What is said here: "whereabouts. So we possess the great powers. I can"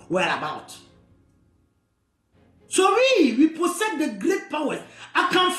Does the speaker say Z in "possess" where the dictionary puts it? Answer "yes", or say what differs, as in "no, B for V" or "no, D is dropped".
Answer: no, S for Z